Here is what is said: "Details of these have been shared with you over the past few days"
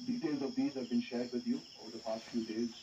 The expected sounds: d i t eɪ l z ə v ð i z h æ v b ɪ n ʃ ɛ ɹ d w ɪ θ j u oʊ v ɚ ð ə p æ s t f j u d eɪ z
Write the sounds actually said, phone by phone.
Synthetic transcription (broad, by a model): d i t eɪ l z ə v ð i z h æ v b ɪ n ʃ ɛ ɹ d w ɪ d j u oʊ v ɚ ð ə p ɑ s t f j u d eɪ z